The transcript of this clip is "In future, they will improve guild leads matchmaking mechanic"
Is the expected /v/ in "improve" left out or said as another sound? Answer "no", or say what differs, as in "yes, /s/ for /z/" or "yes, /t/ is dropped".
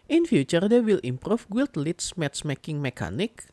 yes, /f/ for /v/